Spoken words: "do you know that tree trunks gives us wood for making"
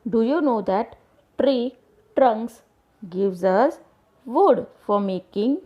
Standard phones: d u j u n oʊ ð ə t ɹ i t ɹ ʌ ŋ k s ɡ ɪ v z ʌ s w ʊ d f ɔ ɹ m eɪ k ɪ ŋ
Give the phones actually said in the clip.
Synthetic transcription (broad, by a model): d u j u n oʊ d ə t ɹ i t ɹ ʌ ŋ k s ɡ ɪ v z ʌ s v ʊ d f ɔ ɹ m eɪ k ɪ ŋ